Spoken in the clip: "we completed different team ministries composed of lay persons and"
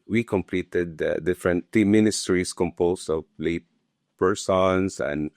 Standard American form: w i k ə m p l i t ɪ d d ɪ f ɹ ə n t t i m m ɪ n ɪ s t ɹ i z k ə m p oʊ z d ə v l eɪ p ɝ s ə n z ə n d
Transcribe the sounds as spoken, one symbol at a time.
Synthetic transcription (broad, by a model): w i k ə m p l i t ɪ d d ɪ f ɹ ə n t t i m m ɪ n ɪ s t ɹ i s k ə m p oʊ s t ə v l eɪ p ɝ s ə n s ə n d